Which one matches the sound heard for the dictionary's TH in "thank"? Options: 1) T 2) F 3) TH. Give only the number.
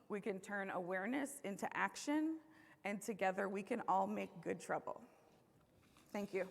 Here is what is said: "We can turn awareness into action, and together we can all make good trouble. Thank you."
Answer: 3